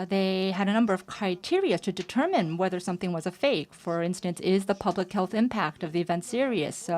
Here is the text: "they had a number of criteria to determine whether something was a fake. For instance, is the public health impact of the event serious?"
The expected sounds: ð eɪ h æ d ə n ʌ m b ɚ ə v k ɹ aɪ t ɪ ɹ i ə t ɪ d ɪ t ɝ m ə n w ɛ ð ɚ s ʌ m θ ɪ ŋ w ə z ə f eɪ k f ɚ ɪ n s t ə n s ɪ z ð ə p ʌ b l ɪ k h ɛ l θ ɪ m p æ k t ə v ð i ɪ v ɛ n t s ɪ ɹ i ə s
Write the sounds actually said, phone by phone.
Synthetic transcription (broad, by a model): ð eɪ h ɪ d ə n ʌ m b ɚ ə v k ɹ aɪ t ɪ ɹ i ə t ɪ d ɪ t ɝ m ə n w ɛ ð ɚ s ʌ m θ ɪ ŋ w ə z ə f eɪ k f ɚ ɪ n s t ə n s ɪ z ð ə p ʌ b l ɪ k h ɛ l θ ɪ m p æ k t ə v ð i ɪ v ɛ n t s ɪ ɹ i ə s